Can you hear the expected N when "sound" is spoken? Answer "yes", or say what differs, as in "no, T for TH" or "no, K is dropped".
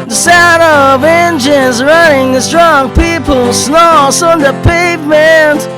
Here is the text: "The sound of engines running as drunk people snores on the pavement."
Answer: no, N is dropped